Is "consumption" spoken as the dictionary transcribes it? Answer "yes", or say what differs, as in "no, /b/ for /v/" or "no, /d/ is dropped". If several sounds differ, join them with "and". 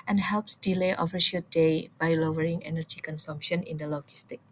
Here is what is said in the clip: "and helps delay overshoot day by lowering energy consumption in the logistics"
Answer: yes